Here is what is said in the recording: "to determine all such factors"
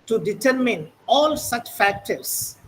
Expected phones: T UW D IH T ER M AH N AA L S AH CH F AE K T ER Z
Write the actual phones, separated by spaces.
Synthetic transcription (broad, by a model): T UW D IH T ER M AH N AA L S AH CH F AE K T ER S